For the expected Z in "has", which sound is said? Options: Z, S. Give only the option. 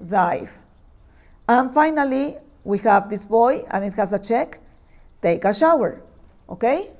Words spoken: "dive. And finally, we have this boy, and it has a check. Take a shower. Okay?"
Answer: S